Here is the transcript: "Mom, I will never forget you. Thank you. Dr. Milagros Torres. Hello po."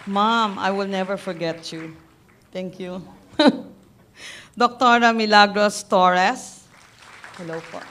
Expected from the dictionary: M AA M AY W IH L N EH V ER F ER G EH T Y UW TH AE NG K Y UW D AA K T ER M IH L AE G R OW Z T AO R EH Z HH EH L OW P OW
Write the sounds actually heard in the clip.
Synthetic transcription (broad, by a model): M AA M AY W IH L N EH V ER F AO G EH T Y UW T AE NG K Y UW D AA K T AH M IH L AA G R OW S T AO R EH S HH EH L OW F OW